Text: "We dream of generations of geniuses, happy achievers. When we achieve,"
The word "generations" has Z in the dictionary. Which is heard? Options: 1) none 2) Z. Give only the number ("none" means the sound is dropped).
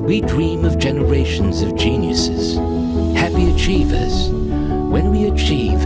2